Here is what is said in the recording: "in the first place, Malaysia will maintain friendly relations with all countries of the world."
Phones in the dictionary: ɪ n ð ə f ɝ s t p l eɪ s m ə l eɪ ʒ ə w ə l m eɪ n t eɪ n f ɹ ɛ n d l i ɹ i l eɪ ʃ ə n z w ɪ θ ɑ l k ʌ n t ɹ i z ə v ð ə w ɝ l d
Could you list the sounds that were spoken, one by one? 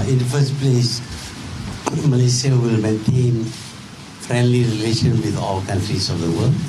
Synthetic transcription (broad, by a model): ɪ n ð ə f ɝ s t p l eɪ s m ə l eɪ s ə w ə l m eɪ n t eɪ n f ɹ ɛ n d l i ɹ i l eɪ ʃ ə n w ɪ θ ɑ l k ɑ n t ɹ i s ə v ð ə w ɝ l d